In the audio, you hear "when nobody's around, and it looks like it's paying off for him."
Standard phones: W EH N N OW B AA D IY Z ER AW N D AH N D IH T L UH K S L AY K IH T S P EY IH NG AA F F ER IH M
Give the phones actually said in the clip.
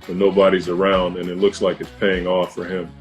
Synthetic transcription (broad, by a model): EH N N OW B AA D IY Z ER AW N D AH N IH T L UH K S L AY K IH T S P EY IH NG AA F F ER IH M